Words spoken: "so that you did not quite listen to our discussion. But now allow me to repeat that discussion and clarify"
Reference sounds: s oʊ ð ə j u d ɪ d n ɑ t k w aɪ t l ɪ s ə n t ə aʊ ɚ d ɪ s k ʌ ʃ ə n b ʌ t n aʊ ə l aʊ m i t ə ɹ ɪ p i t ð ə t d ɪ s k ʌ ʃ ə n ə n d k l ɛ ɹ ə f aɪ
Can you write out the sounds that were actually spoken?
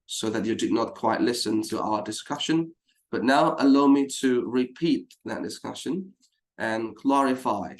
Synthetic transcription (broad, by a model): s oʊ ð ə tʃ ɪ d ɪ d n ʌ t k w aɪ t l ɪ s ə n t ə aʊ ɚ d ɪ s k ʌ ʃ ə n b ʌ t n aʊ ə l aʊ m i t ə ɹ ɪ p i t ð ə t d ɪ s k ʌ ʃ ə n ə n k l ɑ ɹ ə f aɪ